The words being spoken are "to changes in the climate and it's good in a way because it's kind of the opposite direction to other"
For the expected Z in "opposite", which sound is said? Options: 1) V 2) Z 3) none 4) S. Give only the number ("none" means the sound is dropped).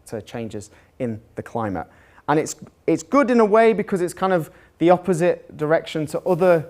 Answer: 2